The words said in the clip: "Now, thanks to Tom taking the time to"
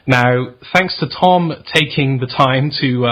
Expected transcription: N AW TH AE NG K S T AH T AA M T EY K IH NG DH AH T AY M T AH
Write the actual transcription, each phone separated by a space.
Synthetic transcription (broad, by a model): N AW TH AE NG K S T AH T AA M T EY K IH NG DH AH T AY M T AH